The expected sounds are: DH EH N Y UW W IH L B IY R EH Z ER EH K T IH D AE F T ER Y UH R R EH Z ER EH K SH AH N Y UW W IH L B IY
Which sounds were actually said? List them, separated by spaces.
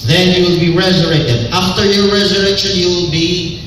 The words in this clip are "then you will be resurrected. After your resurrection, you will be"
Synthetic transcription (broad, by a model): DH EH N Y UW W IH L B IY R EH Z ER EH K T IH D AE F T ER Y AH R R EH Z ER EH K SH AH N Y UW W IH L B IY